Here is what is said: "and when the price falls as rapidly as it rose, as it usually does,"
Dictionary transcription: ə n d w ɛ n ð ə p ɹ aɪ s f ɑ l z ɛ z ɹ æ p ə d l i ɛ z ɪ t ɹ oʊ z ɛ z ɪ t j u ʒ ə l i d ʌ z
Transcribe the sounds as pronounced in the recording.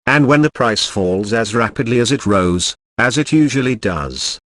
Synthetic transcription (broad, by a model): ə n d w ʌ n ð ə p ɹ aɪ s f ɑ l z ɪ z ɹ æ p ə d l i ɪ z ɪ t ɹ oʊ z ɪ z ɪ t j u ʒ ə l i d ʌ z